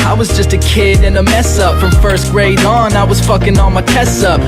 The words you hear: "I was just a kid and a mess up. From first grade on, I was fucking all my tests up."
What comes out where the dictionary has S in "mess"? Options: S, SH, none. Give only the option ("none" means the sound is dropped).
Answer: S